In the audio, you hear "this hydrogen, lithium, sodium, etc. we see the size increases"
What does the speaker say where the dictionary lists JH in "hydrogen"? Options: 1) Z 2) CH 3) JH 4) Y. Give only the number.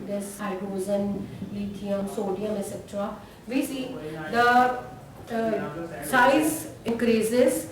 1